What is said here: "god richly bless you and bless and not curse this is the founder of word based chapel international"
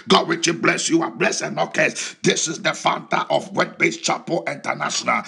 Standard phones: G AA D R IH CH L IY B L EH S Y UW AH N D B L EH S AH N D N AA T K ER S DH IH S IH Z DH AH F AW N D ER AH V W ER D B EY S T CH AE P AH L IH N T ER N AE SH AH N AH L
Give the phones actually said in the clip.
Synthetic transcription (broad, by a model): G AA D W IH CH IY B L EH S Y UW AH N B L EH S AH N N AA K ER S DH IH S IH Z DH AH F AW N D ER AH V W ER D B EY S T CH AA P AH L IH N T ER N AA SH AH N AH L